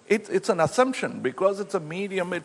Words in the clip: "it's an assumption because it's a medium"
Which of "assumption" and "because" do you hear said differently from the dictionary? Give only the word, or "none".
none